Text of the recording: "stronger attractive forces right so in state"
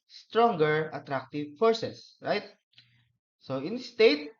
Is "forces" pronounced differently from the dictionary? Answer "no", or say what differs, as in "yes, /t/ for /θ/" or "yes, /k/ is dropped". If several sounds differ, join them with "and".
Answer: yes, /s/ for /z/